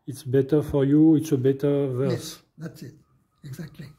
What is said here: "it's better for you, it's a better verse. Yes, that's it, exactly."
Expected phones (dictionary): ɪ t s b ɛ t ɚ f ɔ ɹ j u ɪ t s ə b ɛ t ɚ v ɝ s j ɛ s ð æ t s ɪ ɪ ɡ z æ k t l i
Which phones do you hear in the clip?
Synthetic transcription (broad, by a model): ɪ t s b ɛ t ɚ f ɔ ɹ j u ɪ t s ə b ɛ t ɚ v ɝ s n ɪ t ɪ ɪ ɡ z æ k t l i